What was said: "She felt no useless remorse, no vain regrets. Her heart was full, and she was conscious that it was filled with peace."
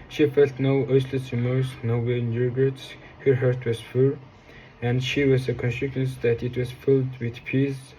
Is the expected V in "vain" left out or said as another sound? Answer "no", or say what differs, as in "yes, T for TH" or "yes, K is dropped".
yes, W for V